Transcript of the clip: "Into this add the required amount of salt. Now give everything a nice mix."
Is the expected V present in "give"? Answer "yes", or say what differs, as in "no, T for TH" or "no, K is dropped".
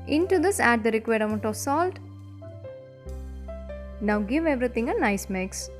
yes